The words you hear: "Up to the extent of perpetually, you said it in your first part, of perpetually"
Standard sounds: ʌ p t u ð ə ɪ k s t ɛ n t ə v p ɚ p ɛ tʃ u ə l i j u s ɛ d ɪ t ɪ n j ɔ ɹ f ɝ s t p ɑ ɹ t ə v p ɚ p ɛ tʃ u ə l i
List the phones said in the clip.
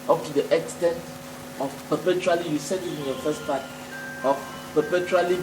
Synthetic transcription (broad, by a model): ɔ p t u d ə ɪ k s t ɛ n t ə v p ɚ p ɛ tʃ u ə l i j u s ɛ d ɪ t ɪ n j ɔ f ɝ s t p ɑ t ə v p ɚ p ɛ tʃ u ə l i